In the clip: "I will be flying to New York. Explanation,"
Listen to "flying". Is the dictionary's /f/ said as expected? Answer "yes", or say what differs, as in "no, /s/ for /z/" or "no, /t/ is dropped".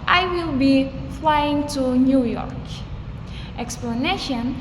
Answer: yes